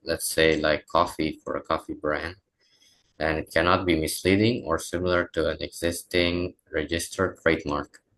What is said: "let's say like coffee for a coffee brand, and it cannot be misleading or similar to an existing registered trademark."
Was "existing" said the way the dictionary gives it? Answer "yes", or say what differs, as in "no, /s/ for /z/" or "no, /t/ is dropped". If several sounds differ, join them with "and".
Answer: yes